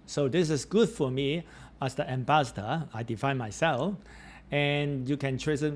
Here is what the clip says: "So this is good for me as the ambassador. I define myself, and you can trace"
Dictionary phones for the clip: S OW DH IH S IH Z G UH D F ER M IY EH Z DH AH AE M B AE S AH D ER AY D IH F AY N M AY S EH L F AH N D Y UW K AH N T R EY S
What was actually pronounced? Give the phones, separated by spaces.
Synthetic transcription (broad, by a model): S OW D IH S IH S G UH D F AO M IY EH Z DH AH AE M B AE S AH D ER AY D IH F AY N M AY S EH L F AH N Y UW K AH N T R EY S